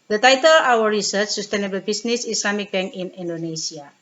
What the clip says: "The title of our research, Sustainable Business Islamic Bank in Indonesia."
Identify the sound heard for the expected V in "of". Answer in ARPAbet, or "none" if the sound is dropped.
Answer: W